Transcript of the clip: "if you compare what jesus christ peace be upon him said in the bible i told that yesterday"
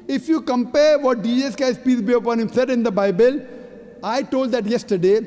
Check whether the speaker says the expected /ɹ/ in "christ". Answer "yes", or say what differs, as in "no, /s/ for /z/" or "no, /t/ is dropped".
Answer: no, /ɹ/ is dropped